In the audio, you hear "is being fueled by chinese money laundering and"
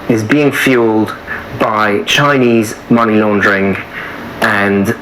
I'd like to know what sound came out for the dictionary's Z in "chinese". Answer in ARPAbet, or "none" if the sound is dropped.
Z